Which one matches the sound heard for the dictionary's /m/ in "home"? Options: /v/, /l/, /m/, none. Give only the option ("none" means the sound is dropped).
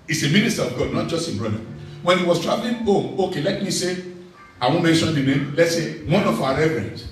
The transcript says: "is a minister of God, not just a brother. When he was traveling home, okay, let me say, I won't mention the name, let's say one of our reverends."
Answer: none